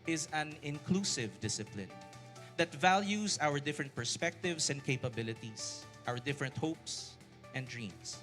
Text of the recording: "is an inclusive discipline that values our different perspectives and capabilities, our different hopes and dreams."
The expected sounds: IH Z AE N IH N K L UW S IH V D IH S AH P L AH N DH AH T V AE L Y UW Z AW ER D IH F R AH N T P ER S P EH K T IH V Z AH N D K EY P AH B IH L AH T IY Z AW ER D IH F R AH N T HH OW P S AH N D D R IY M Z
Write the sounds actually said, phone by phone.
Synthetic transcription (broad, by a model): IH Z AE N IH N K L UW S IH V D IH S AH P L AH N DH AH T V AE L Y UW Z AW ER D IH F R AH N T P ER S P EH K T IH V S AH N D K EY P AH B IH L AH T IY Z AW ER D IH F R AH N T HH OW P S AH N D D R IY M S